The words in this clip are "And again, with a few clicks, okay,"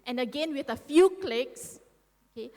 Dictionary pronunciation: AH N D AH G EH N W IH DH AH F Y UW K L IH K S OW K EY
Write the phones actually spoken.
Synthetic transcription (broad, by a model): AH N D AH G EH N W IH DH AH F Y UW K L IH K S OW K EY